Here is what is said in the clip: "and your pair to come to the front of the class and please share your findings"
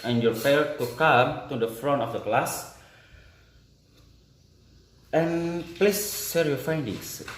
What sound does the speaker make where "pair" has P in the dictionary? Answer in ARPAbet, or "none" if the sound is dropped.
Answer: F